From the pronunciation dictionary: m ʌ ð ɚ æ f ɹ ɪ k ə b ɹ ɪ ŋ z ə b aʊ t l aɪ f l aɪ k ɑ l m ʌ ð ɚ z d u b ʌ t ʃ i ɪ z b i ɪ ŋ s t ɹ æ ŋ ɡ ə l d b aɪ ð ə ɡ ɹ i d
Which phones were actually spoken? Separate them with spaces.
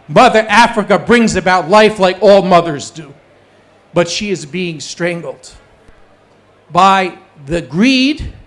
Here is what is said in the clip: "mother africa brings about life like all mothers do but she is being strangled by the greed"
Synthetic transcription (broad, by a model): m ʌ ð ɚ æ f ɹ ɪ k ə b ɹ ɪ ŋ z ə b aʊ t l aɪ f l aɪ k ɑ l m ʌ ð ɚ z d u b ʌ t ʃ i ɪ z b i ɪ ŋ s t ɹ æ ŋ ɡ l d b aɪ ð ə ɡ ɹ i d